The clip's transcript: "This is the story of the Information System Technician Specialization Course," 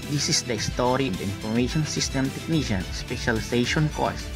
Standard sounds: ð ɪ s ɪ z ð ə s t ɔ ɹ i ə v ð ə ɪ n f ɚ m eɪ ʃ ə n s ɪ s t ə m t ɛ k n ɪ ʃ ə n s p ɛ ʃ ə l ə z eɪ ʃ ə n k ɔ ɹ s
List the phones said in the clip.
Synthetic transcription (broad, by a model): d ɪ s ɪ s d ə s t ɔ ɹ i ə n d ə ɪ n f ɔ m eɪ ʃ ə n s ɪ s t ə m t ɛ k n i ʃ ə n s p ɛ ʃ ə l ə s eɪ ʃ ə n k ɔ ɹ s